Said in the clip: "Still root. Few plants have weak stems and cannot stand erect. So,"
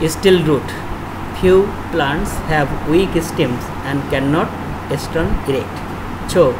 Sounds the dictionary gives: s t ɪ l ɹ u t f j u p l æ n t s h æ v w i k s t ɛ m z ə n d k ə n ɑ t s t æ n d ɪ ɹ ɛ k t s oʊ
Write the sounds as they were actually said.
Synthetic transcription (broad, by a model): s t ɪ l ɹ u t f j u p l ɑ n t s h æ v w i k s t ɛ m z ə n d k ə n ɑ t s t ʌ n ɪ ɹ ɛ k t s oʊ